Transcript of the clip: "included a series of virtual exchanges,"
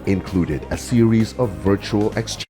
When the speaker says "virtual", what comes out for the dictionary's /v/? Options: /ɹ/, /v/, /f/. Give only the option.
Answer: /v/